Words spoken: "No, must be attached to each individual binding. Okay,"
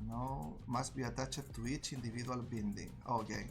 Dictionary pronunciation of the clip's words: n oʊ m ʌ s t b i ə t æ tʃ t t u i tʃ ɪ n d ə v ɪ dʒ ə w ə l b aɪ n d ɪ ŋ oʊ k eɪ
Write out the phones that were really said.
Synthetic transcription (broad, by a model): n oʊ m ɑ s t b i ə t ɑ tʃ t t u i tʃ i n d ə b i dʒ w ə l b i n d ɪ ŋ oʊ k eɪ